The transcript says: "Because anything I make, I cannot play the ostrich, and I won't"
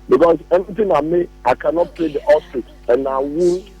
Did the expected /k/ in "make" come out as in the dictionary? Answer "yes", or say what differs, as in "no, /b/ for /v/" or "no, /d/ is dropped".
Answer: no, /k/ is dropped